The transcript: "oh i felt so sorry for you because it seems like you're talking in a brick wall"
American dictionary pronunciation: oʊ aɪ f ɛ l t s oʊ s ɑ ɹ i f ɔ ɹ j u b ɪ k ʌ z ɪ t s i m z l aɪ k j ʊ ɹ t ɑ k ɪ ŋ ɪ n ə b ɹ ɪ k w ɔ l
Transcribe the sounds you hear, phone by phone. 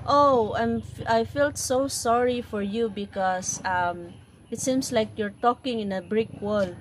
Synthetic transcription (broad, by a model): oʊ aɪ f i l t s oʊ s ɑ ɹ i f ɔ ɹ j u b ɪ k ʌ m ɪ t s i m s l aɪ k j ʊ ɹ t ɑ k ɪ ŋ ɪ n ə b ɹ ɪ k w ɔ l